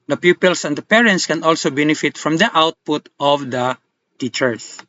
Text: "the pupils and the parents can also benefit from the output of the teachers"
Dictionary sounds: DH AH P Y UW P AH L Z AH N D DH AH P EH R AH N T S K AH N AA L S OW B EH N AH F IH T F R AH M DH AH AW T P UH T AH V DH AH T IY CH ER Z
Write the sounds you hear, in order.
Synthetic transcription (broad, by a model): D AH P Y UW P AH L S AH N D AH P EH R AH N T S K AH N AA L S OW B EH N AH F IH T F R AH M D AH AW T P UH T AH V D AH T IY CH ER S